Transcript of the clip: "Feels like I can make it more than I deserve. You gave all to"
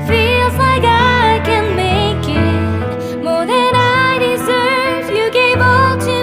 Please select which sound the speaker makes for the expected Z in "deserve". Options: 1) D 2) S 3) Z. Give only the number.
3